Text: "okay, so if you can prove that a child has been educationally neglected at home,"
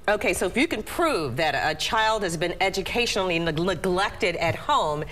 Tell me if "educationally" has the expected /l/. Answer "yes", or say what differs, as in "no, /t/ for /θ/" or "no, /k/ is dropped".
no, /n/ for /l/